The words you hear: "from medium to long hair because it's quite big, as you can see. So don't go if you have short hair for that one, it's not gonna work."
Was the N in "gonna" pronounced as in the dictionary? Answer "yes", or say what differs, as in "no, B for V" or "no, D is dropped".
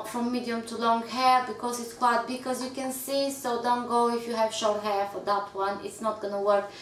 yes